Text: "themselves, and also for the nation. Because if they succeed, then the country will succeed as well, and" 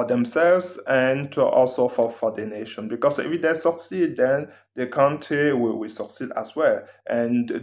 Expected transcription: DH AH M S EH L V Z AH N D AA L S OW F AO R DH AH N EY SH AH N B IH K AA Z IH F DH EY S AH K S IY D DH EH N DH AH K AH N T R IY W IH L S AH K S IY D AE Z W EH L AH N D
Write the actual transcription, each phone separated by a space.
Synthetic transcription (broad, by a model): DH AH M S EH L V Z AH N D AA L S OW F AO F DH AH N EY SH AH N B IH K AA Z IH F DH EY S AH K S IY D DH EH N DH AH K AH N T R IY W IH W S AH K S IY D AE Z W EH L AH N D